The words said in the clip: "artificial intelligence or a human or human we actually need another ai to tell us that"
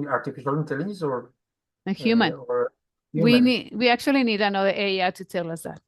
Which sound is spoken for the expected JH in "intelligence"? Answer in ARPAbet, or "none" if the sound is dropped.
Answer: Z